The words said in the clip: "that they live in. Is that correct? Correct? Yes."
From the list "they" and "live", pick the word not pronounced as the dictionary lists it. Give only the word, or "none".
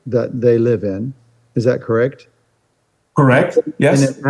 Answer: none